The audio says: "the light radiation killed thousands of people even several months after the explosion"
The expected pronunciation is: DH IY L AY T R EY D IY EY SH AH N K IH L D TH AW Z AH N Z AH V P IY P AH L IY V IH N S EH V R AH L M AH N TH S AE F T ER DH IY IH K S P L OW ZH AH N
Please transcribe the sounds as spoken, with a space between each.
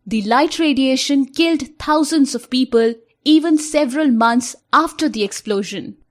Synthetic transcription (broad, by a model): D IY L AY T R EY D IY EY SH AH N K IH L D T AW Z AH N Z AH V P IY P AH L IY V IH N S EH V R AH L M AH N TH S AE F T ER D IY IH K S P L OW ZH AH N